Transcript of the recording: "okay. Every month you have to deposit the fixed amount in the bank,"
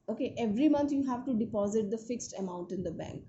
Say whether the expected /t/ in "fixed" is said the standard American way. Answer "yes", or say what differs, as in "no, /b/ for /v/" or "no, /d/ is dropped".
yes